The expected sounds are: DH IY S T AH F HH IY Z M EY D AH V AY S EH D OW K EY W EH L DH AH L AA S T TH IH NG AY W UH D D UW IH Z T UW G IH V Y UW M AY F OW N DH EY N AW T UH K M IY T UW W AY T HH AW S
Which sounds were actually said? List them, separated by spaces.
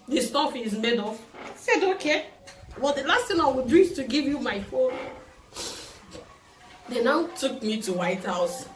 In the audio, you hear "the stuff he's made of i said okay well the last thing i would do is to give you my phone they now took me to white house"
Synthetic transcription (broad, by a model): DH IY S T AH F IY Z M EY D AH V S EH D OW K EY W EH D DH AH L AA S T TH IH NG AY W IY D D UW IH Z T UW G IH V Y UW M AY F OW N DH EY N AW T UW K M IY T UW W AY T HH AW S